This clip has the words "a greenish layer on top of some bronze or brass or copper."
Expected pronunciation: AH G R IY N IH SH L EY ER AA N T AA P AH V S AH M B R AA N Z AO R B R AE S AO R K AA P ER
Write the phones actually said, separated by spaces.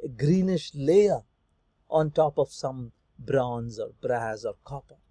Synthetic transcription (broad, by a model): G R IY N IH SH L EY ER AA N T AA P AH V S AH M B R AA N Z AO R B R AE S AO R K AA P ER